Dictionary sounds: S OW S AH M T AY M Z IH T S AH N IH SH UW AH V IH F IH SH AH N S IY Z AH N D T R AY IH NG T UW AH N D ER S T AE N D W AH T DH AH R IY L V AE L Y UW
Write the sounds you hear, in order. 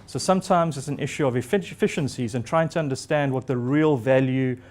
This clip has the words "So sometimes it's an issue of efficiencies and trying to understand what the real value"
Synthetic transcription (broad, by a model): S OW S AH M T AY M Z IH T S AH N IH SH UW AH V IH F IH SH AH N S IY Z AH N T R AY IH NG T UW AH N D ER S T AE N D W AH T DH AH R IY L V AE L Y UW